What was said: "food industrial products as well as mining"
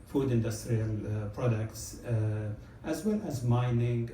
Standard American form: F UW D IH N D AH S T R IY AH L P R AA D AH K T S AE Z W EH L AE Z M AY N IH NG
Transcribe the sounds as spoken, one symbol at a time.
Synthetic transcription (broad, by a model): F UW D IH N D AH S T R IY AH L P R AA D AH K T S AE Z W EH L AE Z M AY N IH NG